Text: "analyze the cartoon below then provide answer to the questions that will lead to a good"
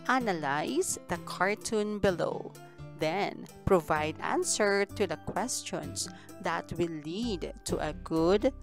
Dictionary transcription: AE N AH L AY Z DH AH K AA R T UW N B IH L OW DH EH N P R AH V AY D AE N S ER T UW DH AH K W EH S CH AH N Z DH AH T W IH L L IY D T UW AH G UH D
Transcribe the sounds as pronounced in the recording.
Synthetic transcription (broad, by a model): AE N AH L AY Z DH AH K AA R T UW N B IH L OW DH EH N P R AH V AY D AE N S ER T UW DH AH K W EH S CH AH N S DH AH T W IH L L IY D T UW AH G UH D